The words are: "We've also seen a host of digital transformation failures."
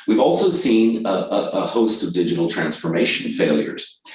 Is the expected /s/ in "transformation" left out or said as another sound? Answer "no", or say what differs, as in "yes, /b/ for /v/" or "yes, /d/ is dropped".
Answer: no